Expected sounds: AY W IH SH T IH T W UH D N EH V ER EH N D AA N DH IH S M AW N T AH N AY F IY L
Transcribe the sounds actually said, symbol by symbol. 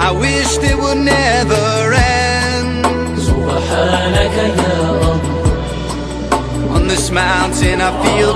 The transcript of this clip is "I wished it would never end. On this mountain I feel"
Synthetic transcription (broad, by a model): AY W IH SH IH T W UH D N EH V ER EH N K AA N DH IH S M AW N T AH N AY F IY L